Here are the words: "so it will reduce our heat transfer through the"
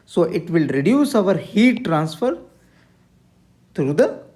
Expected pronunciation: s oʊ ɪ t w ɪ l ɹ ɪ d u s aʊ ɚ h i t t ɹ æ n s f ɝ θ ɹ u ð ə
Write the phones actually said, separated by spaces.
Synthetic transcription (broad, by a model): s oʊ ɪ t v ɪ l ɹ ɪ d u s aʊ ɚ h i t t ɹ æ n s f ɝ t ɹ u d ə